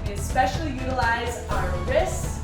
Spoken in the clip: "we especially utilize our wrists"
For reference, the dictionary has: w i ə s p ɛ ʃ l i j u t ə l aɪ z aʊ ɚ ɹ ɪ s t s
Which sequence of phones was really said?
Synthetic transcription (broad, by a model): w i ə s p ɛ ʃ l i j u t ə l aɪ z aʊ ɚ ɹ ɪ s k